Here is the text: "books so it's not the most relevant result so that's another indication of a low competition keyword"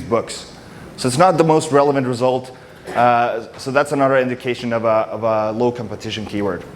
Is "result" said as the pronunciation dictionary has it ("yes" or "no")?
yes